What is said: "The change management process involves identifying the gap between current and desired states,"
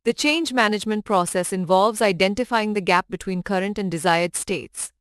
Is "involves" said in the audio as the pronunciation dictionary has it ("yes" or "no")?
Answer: yes